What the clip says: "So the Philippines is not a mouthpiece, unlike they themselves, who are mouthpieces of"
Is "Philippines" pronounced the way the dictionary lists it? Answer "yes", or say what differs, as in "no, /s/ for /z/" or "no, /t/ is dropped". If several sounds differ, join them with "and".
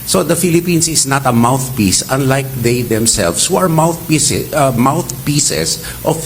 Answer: no, /s/ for /z/